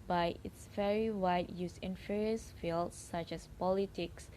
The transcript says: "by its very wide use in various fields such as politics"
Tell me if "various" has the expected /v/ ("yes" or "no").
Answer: no